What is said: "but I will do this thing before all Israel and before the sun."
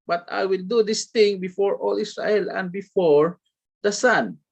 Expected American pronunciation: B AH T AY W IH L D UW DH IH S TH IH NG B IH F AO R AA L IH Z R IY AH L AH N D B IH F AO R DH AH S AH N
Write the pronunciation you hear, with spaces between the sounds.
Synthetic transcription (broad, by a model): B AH T AY W IH L D UW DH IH S T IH NG B IH F AO R AA L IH S R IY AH L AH N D B IH F AO R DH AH S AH N